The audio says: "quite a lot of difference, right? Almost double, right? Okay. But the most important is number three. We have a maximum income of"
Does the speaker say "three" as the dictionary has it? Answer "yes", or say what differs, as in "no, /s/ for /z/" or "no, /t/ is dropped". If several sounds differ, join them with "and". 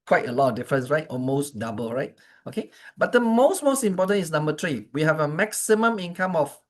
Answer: no, /t/ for /θ/